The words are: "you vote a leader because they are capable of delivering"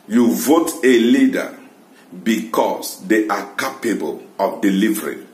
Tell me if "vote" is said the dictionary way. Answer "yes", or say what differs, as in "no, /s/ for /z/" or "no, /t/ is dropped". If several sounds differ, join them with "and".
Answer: yes